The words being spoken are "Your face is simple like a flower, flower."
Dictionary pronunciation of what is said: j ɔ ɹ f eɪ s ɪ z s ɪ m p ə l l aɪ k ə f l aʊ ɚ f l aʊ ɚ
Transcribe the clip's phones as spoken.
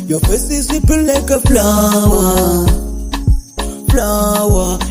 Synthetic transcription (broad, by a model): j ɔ f eɪ s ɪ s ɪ p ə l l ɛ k ə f l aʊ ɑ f l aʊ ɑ